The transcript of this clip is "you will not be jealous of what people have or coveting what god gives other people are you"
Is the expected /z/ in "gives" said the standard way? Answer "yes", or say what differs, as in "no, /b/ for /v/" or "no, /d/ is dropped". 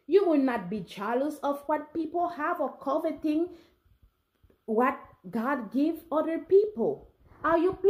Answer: no, /z/ is dropped